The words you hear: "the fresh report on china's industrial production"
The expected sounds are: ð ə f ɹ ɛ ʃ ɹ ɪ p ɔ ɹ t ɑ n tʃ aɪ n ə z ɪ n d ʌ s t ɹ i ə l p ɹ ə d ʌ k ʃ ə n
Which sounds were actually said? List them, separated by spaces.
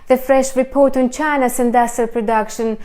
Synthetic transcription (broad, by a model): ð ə f ɹ ɛ ʃ ɹ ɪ p ɔ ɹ t ɑ n tʃ aɪ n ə s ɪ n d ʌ s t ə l p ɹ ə d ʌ k ʃ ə n